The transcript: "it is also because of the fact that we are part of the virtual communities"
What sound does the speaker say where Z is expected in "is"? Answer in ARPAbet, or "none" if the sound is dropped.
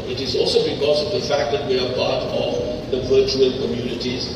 Z